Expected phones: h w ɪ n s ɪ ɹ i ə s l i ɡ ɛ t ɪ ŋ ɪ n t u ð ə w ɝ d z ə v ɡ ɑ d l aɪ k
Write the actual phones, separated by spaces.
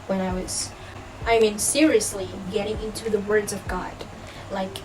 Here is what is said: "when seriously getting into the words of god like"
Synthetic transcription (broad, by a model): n w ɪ n s ɪ ɹ i ə s l i ɡ ɛ t ɪ ŋ ɪ n t u ð ə w ɝ d z ə v ɡ ɑ d l aɪ k